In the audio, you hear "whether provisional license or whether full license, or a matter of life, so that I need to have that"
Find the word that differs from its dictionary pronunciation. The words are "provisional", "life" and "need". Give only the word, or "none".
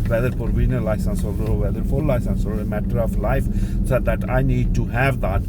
provisional